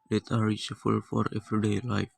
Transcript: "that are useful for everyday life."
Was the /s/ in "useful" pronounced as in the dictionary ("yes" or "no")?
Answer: no